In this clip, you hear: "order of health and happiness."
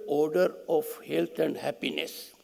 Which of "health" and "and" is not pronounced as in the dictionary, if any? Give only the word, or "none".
health